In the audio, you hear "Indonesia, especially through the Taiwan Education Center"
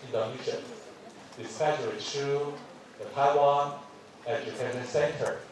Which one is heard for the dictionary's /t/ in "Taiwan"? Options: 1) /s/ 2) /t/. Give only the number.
2